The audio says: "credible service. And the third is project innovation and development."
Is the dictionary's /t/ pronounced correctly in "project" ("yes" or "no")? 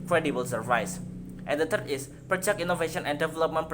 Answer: no